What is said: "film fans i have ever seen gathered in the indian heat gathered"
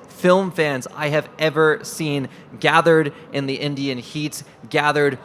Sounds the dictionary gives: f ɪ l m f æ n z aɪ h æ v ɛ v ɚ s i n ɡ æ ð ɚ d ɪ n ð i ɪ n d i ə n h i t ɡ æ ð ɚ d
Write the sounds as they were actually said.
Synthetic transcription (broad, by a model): f ɪ l m f æ n z aɪ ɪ v ɛ v ɚ s i n ɡ æ ð ɚ d ɪ n ð i ɪ n d i ə n h i t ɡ æ ð ɚ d